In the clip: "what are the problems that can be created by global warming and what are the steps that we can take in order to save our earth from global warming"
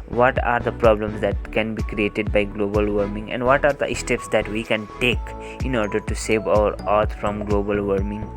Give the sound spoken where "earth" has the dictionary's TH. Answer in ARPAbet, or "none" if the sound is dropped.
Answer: T